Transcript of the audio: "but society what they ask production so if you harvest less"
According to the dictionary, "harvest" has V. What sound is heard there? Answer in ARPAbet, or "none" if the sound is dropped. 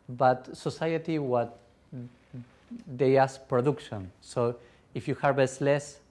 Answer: B